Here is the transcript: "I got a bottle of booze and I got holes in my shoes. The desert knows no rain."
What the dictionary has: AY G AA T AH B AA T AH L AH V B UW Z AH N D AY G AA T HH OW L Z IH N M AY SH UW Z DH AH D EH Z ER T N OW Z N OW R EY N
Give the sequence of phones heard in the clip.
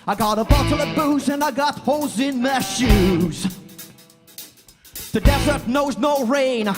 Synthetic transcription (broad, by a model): AY G AA T AH B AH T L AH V B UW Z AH N AY G AA T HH OW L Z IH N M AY SH UW Z DH AH D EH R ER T N OW Z N OW R EY N